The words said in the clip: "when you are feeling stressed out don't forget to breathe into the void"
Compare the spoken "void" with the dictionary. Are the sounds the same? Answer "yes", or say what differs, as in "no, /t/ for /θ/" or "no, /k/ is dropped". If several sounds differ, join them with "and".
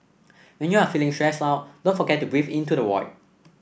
no, /w/ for /v/